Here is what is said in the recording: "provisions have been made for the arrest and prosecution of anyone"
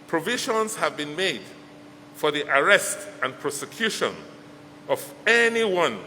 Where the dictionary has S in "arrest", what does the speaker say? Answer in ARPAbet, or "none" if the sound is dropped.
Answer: S